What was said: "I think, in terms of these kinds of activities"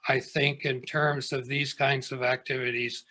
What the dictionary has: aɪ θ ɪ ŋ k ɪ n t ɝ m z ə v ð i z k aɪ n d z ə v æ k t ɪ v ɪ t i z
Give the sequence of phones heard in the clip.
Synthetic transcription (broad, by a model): aɪ θ ɪ ŋ k ɪ n t ɝ m z ə v ð i z k aɪ n d z ə v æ k t ɪ v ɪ t i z